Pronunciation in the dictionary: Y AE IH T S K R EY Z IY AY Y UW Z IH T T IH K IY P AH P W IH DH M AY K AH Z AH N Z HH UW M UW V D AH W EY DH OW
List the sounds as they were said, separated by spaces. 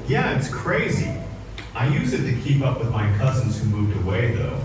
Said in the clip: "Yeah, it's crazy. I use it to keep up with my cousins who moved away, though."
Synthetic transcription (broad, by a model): Y AE IH T S K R EY Z IY AY Y UW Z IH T T IH K IY P AH P W IH DH M AY K AH Z N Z HH UW M UW V D AH W EY DH OW